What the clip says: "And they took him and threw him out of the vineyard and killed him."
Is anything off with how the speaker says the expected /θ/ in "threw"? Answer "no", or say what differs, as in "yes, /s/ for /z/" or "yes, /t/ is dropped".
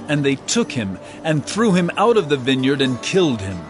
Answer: no